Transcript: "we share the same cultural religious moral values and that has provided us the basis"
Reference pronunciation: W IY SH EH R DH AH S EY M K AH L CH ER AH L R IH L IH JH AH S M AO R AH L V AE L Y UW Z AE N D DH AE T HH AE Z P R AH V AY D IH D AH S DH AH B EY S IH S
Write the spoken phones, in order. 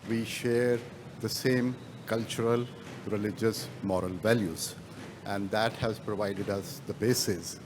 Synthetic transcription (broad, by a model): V IY SH EH R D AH S EY M K AH L CH ER AH L R IH L IH JH AH S M AO R AH L V AE L Y UW Z AE N D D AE T HH AE Z P R AH V AY D IH D AH S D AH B EY S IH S